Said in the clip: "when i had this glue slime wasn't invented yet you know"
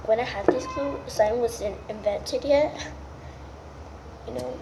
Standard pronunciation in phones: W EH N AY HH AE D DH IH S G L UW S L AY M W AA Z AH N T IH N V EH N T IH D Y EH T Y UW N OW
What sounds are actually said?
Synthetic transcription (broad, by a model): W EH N AY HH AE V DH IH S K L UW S AY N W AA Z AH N IH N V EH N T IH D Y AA Y UW N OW